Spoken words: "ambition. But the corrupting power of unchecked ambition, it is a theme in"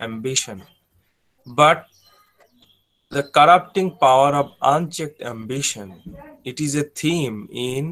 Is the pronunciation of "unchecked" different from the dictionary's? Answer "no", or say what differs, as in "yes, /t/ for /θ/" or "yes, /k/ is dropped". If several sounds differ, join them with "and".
no